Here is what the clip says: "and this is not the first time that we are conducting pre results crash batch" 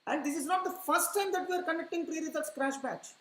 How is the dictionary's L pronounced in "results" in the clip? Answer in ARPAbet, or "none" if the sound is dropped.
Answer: none